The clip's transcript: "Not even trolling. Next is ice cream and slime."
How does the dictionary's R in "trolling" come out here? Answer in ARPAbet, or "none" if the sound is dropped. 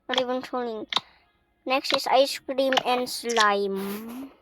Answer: none